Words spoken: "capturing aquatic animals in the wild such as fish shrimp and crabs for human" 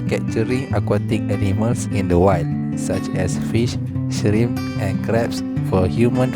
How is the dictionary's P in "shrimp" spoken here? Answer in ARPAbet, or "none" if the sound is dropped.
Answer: none